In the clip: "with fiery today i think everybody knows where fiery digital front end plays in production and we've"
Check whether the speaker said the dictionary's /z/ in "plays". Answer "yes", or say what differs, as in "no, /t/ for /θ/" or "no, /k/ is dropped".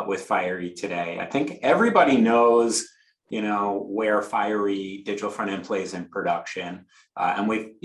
yes